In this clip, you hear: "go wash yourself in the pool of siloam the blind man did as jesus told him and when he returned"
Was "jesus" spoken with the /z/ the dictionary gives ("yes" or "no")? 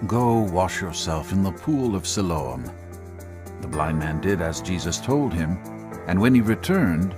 yes